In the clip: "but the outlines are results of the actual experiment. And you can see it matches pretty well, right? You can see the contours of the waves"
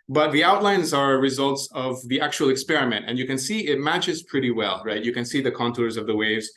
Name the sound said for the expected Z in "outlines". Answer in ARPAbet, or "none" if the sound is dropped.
Z